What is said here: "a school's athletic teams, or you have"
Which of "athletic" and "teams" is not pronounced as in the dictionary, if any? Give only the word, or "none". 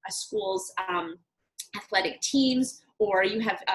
none